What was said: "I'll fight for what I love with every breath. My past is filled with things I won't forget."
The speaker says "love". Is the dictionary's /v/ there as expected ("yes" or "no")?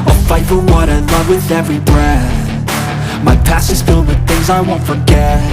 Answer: yes